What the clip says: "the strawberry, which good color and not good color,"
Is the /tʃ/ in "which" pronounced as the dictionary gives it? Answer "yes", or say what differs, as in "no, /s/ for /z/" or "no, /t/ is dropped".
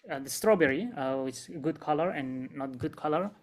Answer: no, /s/ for /tʃ/